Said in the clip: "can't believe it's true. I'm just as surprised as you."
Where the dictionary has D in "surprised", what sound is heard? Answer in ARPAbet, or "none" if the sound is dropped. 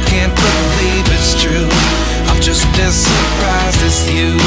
none